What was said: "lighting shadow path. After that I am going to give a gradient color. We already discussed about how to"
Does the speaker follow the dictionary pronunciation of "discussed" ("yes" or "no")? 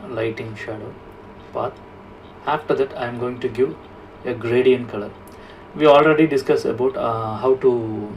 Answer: no